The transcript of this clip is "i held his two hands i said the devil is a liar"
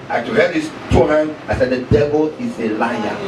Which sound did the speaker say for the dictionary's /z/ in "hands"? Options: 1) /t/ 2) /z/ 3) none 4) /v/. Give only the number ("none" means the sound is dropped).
3